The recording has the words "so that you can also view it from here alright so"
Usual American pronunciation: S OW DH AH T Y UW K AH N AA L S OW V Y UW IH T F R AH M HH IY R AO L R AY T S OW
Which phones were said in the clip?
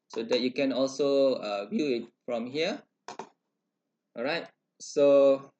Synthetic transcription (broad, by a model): S OW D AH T Y UW K AH N AA L S OW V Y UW IH T F R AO M HH IY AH R AY T S OW